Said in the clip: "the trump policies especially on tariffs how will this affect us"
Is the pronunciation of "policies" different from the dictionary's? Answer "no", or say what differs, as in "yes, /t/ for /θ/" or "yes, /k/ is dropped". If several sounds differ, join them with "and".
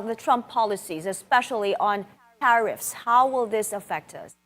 no